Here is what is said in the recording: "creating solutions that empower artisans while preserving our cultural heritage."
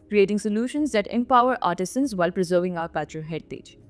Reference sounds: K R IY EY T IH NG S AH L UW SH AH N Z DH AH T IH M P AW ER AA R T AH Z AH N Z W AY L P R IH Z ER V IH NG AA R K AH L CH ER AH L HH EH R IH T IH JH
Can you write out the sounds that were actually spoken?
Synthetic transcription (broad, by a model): K R IY EY T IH NG S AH L UW SH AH N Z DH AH T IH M P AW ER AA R T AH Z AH N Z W AY L P R IH Z ER V IH NG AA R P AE CH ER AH HH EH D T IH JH